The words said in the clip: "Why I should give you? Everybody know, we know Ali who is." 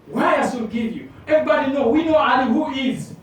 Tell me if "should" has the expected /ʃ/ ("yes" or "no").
no